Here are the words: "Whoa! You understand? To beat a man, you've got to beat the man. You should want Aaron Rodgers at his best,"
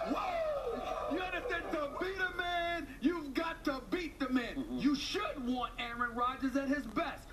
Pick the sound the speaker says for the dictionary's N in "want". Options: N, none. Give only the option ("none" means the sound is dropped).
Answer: N